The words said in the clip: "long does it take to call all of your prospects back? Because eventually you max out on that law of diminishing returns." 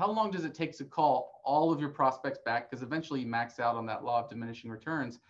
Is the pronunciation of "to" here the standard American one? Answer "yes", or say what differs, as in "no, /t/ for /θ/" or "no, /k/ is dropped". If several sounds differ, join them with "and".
no, /s/ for /t/